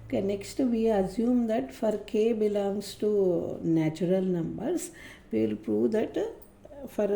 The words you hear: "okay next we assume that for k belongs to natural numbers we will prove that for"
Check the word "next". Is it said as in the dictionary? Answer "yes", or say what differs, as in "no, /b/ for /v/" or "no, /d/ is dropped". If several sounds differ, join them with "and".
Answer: yes